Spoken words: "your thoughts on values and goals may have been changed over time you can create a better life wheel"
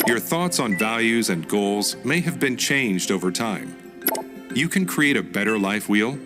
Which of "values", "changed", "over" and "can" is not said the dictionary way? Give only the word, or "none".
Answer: none